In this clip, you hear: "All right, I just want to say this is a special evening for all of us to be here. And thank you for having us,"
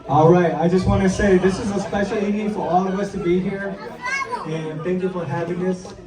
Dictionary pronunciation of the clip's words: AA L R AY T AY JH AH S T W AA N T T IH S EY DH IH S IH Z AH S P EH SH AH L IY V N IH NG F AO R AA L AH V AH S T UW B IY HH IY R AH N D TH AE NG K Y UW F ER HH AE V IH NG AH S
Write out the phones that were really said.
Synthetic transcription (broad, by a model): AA L R AY T AY JH AH S T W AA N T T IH S EY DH IH S IH Z AH S P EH SH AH L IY N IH F AO R AA L AH V AH S T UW B IY HH IY R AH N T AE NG K Y UW F ER HH AE V IH NG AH S